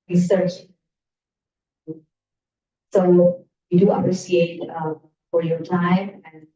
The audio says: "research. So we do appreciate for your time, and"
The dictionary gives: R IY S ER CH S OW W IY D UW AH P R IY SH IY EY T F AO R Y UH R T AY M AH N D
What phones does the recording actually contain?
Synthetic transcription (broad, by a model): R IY S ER CH S OW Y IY D UW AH P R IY S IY EY T F AO R Y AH R T AY M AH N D